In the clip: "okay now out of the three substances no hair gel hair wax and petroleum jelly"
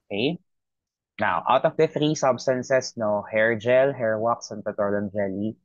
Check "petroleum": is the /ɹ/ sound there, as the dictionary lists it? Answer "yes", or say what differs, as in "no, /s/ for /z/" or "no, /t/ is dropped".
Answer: no, /ɹ/ is dropped